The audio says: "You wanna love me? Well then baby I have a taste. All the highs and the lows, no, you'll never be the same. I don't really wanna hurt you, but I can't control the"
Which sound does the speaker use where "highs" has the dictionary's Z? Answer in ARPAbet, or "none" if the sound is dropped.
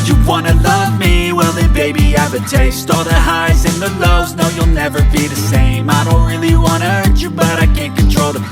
Z